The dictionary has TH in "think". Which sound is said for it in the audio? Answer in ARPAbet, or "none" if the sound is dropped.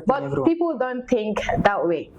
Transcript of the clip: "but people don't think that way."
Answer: T